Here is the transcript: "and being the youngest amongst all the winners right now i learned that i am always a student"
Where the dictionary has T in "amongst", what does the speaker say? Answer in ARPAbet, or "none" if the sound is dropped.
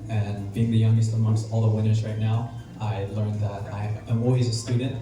none